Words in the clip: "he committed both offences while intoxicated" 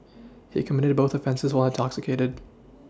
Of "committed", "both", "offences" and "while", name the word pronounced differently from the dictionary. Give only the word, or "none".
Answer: none